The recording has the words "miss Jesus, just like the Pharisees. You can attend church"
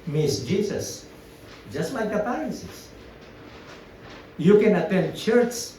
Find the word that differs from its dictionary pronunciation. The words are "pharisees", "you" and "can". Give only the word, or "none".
pharisees